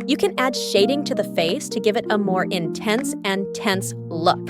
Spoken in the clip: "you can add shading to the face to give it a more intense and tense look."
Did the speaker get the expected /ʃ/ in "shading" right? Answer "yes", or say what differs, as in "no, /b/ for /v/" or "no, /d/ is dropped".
yes